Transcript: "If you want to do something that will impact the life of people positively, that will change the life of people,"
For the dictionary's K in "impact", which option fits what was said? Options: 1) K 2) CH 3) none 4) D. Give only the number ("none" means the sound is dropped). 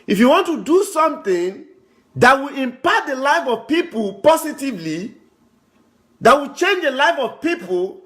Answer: 3